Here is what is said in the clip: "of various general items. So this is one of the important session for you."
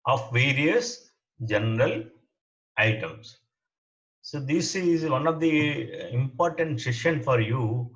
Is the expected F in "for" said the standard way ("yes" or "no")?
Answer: yes